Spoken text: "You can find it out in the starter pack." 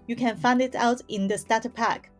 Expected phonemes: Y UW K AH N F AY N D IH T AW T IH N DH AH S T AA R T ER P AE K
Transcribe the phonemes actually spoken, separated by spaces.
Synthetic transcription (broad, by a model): Y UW K AH N F AY N D IH T AW T IH N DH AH S T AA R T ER P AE K